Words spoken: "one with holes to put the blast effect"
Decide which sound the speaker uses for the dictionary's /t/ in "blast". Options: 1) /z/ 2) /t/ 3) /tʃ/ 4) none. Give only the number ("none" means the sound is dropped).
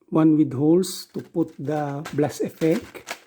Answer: 4